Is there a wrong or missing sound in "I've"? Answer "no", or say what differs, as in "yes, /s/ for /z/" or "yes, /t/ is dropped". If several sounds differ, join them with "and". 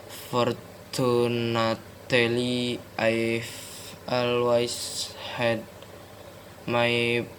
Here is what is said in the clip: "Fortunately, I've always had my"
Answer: yes, /f/ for /v/